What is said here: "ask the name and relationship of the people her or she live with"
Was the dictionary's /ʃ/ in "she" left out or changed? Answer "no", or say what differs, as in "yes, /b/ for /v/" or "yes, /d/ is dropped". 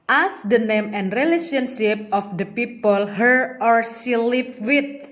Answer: yes, /s/ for /ʃ/